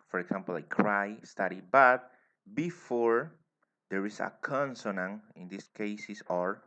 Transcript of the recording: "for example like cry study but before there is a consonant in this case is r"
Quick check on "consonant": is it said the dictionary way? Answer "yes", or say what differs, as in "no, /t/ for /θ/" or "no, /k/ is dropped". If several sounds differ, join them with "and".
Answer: no, /t/ is dropped